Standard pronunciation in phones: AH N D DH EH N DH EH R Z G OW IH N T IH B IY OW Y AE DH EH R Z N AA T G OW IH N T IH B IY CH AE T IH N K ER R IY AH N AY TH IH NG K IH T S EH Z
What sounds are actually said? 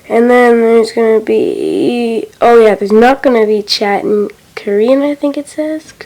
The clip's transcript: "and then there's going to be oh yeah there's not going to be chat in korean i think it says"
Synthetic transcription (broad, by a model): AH N DH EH N DH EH R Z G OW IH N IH B IY OW Y AE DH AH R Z N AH T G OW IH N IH B IY CH AE T IH N K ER R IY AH N AY TH IH NG K IH T S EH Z